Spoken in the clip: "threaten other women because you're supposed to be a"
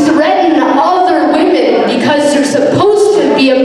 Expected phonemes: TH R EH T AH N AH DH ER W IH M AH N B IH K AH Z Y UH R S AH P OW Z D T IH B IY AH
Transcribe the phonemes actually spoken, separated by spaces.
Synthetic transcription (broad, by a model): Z R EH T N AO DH ER W IH M AH N B IH K AH Z Y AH R S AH P OW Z T IH B IY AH